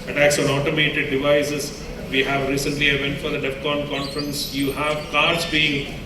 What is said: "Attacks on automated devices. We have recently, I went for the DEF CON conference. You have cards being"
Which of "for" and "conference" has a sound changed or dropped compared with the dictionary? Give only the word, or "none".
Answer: none